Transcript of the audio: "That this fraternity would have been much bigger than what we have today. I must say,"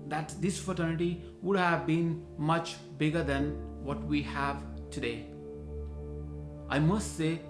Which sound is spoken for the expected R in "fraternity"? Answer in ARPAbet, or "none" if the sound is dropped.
none